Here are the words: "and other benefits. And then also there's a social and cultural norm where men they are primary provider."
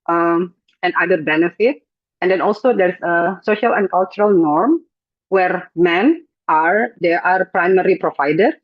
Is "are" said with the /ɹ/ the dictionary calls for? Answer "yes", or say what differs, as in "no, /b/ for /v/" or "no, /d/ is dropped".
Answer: yes